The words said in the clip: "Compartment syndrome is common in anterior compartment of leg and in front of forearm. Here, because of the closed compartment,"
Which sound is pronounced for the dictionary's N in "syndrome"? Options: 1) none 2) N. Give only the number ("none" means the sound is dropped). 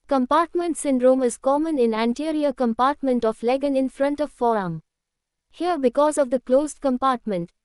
2